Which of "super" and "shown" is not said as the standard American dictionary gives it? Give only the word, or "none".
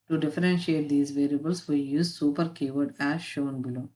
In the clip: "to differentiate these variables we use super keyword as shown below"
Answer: none